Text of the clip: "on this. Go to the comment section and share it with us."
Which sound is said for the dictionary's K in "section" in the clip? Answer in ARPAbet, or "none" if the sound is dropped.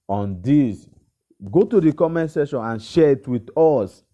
none